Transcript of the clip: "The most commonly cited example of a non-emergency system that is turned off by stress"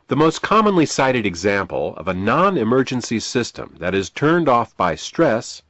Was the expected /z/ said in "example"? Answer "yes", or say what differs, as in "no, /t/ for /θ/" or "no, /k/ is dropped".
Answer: yes